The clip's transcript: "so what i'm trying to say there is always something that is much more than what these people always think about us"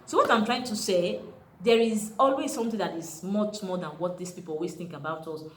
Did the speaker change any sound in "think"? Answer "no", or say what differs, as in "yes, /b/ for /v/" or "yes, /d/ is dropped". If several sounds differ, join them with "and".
no